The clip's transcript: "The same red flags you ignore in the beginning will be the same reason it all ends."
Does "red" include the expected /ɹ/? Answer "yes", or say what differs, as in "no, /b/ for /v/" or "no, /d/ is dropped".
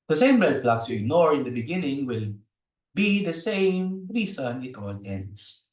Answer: no, /l/ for /ɹ/